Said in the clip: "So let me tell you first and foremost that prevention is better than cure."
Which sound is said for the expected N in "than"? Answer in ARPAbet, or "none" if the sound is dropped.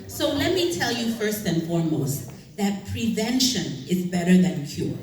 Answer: N